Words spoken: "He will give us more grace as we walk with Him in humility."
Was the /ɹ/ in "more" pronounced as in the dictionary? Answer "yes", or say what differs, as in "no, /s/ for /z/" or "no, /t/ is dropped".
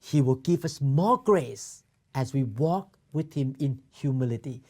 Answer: no, /l/ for /ɹ/